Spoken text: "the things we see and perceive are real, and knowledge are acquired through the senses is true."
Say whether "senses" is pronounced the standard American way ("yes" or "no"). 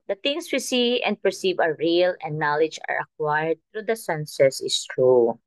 no